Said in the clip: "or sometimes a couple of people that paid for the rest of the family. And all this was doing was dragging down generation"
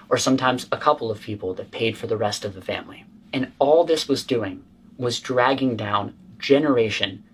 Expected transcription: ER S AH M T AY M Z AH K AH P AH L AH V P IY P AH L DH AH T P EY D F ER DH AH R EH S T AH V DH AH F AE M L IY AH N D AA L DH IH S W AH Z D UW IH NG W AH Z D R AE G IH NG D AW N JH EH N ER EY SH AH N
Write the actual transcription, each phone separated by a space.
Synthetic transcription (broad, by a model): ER S AH M T AY M Z AH K AH P L AH V P IY P L DH AH T P EY D F ER DH AH R EH S T AH V DH AH F AE M L IY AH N AA L DH IH S W AH Z D UW IH NG W AH Z D R AE G IH NG D AW N JH EH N ER EY SH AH N